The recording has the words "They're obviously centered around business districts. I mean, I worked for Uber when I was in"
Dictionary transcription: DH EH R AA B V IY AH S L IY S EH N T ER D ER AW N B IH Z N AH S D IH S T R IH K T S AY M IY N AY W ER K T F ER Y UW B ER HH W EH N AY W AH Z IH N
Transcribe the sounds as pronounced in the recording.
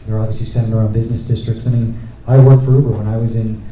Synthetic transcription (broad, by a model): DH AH R AA B V IY AH S L IY S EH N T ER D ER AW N B IH Z N AH S D IH S T R IH K T S AY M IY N AY W ER K T F ER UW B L W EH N AY W AH Z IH N